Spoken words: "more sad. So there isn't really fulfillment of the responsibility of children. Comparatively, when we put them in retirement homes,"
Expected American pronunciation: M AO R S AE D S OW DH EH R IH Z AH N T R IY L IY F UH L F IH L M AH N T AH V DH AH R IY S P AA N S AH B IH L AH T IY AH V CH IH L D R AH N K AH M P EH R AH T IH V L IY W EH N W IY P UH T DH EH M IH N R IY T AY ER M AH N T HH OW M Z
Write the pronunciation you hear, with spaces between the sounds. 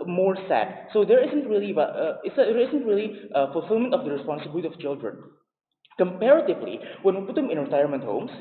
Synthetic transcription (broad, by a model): M AO R S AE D S OW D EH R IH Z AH N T R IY L IY F UH L F IH L M AH N T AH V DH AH R IY S P AA N S AH B IH L AH T IY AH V CH IH L D R AH N K AH M P EH R AH T IH V L IY W EH N W IY P UH T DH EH M IH N R IY T AY ER M AH N T HH OW M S